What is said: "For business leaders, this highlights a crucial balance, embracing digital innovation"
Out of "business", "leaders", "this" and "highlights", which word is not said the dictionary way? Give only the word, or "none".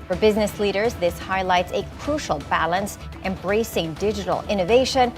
none